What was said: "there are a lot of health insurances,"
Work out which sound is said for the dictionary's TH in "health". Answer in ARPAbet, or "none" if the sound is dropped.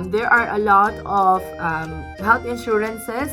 T